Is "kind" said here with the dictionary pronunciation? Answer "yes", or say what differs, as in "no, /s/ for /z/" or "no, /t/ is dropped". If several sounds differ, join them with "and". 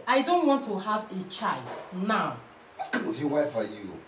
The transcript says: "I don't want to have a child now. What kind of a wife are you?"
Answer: no, /d/ is dropped